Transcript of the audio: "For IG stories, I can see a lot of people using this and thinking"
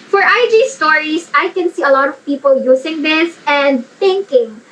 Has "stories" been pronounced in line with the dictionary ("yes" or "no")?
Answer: no